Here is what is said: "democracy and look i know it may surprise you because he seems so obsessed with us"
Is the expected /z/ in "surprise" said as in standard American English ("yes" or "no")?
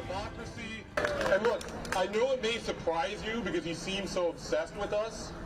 yes